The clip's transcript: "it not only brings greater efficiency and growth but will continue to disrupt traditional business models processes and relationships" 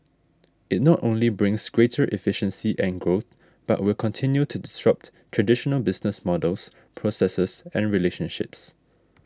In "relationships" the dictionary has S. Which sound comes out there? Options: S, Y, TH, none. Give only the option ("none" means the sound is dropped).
S